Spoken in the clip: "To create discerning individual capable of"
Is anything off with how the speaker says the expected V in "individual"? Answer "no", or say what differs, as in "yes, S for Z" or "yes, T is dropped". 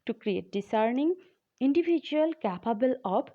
yes, B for V